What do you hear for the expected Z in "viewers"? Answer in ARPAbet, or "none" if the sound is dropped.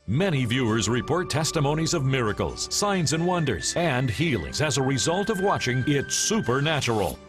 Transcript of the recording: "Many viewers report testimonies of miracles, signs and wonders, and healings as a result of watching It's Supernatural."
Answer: Z